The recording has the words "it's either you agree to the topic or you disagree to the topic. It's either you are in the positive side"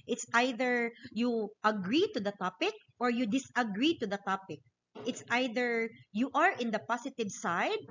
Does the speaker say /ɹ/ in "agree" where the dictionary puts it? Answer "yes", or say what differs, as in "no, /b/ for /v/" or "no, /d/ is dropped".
yes